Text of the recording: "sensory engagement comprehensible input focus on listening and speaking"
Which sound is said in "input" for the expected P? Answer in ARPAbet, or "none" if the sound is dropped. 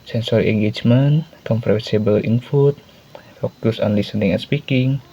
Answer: F